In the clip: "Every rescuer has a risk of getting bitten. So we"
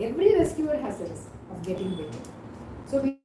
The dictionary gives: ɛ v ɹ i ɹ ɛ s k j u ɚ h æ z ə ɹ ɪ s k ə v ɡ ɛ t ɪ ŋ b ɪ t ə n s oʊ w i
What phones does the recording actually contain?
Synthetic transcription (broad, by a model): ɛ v ɹ i ɹ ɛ s k j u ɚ h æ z ə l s ə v ɡ ɛ t ɪ ŋ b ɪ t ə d s oʊ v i